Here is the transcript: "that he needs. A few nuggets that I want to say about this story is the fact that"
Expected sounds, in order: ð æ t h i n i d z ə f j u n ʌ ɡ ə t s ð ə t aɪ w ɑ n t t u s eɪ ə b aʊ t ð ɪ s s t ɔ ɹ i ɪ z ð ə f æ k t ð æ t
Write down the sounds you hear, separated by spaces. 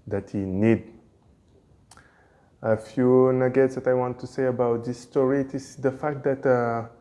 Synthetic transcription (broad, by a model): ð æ t h i n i d ə f j u n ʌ ɡ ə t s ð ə t aɪ w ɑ n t t u s eɪ ə b aʊ t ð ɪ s s t ɔ ɹ i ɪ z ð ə f æ k t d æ t